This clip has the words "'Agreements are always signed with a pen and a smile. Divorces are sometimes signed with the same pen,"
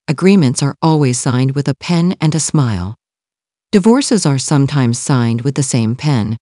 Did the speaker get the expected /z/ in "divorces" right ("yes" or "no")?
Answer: yes